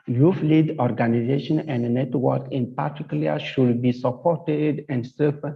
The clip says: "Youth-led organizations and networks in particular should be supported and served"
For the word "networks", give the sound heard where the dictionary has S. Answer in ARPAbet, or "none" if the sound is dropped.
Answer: none